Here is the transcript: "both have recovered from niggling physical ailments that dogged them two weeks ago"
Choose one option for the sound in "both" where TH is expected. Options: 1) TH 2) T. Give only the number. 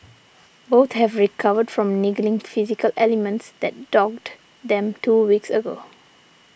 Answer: 2